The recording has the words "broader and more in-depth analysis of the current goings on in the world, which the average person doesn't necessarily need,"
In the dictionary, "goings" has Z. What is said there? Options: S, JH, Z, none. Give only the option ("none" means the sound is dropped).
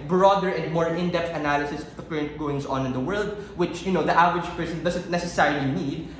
S